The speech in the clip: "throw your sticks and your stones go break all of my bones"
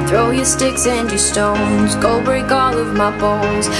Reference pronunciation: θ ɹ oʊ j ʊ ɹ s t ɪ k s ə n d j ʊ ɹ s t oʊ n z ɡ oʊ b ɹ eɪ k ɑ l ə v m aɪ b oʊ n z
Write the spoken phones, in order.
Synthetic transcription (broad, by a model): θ ɹ oʊ j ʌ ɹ s t ɪ k s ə n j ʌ ɹ s t oʊ n z ɡ oʊ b eɪ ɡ ɑ l ə v m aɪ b oʊ n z